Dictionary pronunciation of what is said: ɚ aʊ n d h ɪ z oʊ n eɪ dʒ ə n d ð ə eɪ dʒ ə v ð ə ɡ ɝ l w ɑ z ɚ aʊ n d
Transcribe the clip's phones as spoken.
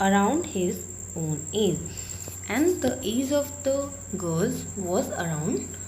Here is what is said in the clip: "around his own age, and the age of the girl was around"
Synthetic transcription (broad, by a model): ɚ aʊ n d h ɪ z oʊ n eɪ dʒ ə n d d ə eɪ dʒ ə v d ə ɡ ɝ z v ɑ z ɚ aʊ n d